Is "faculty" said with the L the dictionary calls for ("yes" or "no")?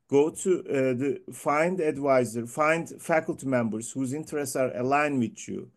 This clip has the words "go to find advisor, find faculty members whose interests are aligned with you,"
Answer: yes